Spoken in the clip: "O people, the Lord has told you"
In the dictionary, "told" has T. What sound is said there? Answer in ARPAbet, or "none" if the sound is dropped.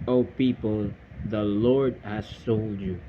S